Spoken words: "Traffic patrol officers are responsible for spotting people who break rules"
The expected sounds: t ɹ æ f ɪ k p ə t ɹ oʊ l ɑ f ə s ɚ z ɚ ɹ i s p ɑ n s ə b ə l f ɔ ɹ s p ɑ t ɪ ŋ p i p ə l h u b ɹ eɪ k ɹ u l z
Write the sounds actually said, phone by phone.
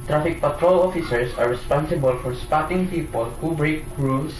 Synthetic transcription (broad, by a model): t ɹ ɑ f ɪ k p ə t ɹ oʊ l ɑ f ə s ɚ s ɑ ɹ i s p ɑ n s ə b ə l f ɔ ɹ s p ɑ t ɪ ŋ p i p ə l h u b ɹ eɪ k ɹ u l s